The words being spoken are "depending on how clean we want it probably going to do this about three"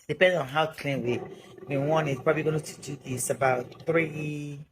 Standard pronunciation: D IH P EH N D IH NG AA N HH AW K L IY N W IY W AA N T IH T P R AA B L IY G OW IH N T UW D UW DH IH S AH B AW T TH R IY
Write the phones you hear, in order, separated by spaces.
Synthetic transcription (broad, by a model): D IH P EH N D AA N HH AW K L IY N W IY W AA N IH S P R AA B L IY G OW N T UW D UW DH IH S AH B AW T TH R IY